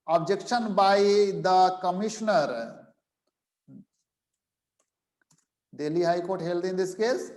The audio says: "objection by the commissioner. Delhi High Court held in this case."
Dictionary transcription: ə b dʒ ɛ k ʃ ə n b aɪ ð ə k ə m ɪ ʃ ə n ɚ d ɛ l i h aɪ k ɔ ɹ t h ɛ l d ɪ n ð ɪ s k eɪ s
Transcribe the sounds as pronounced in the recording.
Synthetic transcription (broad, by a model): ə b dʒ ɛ k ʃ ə n b aɪ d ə k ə m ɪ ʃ n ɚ d ɛ l i h aɪ k ɔ ɹ t h ɛ l d ɪ n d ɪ s k eɪ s